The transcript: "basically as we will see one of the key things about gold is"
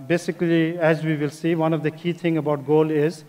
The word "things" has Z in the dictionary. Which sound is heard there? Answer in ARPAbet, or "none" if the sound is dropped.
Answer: none